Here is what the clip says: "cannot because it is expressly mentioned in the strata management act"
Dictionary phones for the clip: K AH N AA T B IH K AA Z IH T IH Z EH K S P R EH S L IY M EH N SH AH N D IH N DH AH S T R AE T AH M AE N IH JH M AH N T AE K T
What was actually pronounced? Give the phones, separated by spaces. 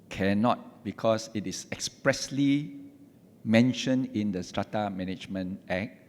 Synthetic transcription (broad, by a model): K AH N AA T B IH K AA S IH T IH S EH K S P R EH S L IY M EH N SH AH N IH N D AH S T R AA T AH M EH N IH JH M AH N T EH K